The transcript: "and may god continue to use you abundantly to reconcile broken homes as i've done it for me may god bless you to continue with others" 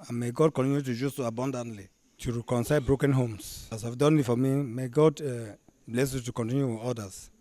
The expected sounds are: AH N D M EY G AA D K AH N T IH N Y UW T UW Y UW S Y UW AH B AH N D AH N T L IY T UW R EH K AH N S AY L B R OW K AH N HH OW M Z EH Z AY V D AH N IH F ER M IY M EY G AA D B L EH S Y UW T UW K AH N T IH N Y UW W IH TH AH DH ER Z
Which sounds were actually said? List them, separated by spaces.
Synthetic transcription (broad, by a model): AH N M EY G AA D K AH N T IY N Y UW T UW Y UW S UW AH B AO N D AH N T L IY T UW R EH K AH N S AY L B R OW K AH N HH OW M S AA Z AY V D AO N IH F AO M IY M EY G AA D B L EH S Y UW T UW K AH N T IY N Y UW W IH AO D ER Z